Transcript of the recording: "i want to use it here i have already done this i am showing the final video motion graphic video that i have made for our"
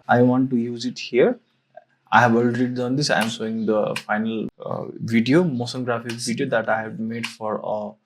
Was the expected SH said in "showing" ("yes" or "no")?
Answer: no